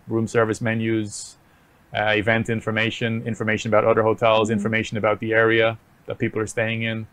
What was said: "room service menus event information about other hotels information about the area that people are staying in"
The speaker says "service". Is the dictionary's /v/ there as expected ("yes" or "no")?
yes